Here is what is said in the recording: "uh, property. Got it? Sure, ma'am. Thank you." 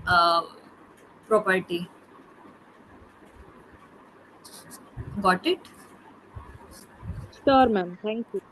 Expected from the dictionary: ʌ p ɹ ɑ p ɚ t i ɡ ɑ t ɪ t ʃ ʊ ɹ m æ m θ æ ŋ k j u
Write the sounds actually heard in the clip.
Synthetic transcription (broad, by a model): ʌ p ɹ ɑ p ɚ t i ɡ ɑ t ɪ t s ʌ ɹ m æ m t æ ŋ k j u